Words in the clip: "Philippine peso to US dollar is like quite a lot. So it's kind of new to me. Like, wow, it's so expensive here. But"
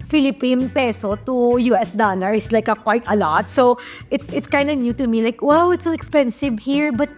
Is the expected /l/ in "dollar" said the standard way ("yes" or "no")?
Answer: no